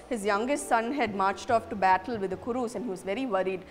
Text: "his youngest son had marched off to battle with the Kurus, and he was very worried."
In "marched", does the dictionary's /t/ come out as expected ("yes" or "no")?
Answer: yes